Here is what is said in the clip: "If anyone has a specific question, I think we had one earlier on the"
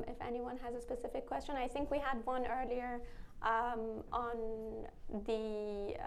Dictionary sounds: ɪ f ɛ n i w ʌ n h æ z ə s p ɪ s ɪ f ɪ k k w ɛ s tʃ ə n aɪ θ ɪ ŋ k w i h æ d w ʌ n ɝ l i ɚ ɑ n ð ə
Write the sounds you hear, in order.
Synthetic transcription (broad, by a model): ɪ f ɛ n i w ʌ n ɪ z ə s p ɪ s ɪ f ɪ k k w ɛ s tʃ ə n aɪ θ ɪ ŋ k w i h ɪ d w ʌ n ɝ l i ɚ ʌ n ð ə